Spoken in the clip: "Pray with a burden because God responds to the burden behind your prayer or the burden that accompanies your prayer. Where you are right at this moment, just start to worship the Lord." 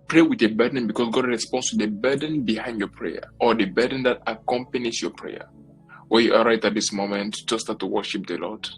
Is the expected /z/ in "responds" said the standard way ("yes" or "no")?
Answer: no